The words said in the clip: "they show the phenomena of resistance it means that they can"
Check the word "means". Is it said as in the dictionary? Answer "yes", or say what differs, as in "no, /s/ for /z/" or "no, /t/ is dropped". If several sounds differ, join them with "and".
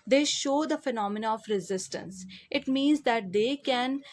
yes